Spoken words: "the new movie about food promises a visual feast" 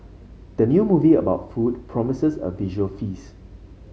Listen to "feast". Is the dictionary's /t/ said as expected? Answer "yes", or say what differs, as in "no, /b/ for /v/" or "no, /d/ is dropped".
no, /t/ is dropped